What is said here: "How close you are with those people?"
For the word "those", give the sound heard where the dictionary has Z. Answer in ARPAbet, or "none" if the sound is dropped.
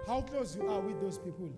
S